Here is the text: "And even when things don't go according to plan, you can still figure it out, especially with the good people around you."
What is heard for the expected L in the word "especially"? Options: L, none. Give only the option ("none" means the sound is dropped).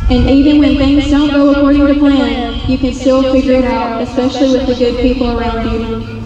L